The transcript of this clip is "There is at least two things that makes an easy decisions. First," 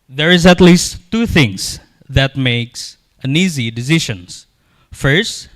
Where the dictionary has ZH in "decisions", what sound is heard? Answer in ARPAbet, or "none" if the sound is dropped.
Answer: SH